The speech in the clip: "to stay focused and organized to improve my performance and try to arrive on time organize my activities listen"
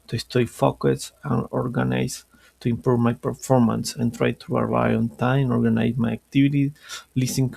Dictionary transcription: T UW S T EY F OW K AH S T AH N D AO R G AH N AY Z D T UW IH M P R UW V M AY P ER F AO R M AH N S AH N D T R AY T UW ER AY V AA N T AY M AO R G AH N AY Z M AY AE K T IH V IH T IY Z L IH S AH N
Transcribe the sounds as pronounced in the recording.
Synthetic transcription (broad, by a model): T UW S T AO F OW K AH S AH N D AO R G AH N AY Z T UW IH M P R UW V M AY P ER F AO R M AH N S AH N T R AY T UW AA AY AA N T AY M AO R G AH N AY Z M AY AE K T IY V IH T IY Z L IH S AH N